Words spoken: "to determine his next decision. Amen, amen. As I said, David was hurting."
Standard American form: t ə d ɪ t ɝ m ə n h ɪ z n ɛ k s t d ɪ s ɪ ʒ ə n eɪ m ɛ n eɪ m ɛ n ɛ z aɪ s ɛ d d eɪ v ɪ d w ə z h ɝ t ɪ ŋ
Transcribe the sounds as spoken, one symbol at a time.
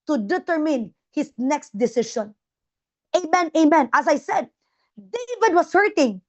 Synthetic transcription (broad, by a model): t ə d ɪ t ɝ m ə n h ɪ s n ɛ k s t d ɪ s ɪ ʃ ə n eɪ m ɛ n eɪ m ɛ n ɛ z aɪ s ɛ d d eɪ v ɪ d w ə s h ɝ t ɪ ŋ